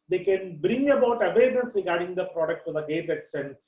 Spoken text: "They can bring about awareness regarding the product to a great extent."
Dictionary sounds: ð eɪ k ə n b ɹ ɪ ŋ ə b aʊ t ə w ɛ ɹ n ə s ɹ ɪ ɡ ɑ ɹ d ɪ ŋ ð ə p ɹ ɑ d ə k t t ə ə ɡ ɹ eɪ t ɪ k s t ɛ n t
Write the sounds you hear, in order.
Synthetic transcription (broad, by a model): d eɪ k ə n b ɹ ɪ ŋ ə b aʊ t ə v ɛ ɹ n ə s ɹ ɪ ɡ ɑ ɹ d ɪ ŋ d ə p ɹ ɑ d ə k t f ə ə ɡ eɪ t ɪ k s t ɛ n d